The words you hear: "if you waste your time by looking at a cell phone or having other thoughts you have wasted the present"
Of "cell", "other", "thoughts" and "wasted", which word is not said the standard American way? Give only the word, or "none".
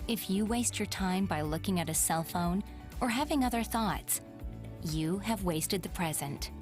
none